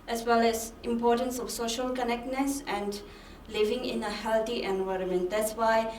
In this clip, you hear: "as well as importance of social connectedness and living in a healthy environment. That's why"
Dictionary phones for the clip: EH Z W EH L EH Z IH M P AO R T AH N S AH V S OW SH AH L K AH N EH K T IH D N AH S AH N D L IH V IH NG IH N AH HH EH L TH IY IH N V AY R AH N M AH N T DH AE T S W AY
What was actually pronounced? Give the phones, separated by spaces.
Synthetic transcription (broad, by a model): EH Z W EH L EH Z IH M P AO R T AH N S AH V S OW SH AH L K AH N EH K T N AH S AH N D L IH V IH NG IH N AH HH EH L T IY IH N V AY R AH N M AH N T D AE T S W AY